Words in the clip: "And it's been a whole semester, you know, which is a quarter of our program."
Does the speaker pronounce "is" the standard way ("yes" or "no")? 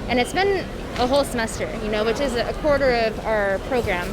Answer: yes